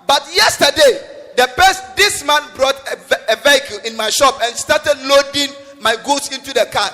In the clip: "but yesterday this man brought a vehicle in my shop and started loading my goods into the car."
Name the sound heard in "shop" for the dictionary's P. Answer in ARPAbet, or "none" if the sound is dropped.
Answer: P